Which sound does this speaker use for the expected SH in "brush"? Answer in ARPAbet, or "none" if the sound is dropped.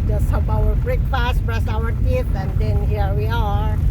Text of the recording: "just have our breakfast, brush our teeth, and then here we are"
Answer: S